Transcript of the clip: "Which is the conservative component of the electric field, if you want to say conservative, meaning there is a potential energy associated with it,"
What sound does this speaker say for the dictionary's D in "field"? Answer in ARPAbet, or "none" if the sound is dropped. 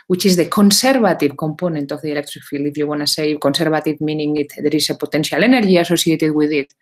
none